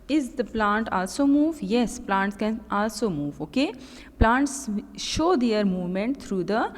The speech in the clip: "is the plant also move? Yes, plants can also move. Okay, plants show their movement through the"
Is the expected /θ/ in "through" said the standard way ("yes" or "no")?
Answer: no